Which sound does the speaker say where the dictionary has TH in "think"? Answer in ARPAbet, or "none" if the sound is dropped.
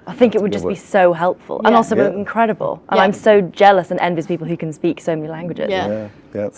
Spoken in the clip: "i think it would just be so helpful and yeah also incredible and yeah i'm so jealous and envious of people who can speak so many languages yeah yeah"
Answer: TH